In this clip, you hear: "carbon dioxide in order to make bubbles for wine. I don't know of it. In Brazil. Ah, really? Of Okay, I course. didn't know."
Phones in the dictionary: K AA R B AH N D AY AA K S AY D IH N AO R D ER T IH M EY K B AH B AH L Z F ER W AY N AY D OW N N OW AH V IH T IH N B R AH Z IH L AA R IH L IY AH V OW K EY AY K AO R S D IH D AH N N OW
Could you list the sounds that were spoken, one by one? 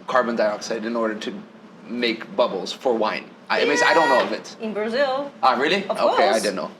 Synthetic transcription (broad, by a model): K AA R B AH N D AY AA K S AY D IH N AO R D ER T IH M EY K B AH B L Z F ER W AY N AY D OW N N OW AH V IH T IH N B R AH Z IH L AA R IH L IY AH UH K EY AY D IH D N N OW